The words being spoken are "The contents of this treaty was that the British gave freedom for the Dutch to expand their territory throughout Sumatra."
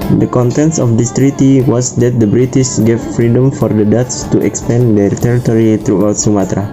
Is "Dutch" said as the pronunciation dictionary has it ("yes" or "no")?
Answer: no